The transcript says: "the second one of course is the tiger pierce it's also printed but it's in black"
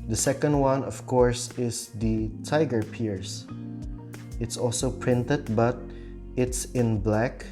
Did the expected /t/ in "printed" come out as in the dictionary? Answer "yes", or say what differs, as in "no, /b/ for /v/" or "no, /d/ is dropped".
yes